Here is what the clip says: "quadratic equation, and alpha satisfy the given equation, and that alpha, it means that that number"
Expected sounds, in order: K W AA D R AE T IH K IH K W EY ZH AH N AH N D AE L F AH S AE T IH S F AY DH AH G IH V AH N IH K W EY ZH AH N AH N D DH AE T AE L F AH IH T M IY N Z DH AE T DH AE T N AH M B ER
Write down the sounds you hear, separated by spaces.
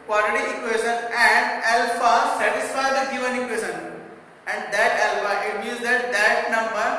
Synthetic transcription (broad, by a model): K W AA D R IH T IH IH K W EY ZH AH N AH N D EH L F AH S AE T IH S F AY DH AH G IH V AH N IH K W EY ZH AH N AH N D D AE T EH L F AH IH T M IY Z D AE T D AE T N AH M B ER